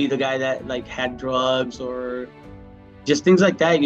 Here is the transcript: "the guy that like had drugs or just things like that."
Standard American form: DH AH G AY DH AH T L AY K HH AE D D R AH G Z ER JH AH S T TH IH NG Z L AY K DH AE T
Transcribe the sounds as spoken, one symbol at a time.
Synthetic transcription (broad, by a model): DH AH G AY DH AH T L AY K HH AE D D R AH G Z ER JH AH S T TH IH NG Z L AY K DH AE T